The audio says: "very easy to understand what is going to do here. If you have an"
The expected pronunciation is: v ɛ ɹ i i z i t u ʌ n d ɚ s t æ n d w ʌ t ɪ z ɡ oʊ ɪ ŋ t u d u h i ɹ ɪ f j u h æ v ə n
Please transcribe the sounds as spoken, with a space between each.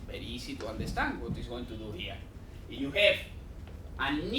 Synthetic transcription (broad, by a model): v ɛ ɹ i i s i t u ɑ n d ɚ s t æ n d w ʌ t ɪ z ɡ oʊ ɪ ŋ t u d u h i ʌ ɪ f j u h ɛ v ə n